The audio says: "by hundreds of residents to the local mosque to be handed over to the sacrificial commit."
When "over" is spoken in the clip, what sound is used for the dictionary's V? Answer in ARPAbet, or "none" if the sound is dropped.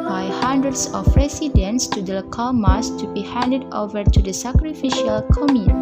V